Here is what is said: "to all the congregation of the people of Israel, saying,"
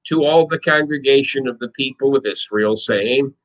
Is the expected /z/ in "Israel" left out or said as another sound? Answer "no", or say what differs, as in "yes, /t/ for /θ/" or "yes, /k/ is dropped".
yes, /s/ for /z/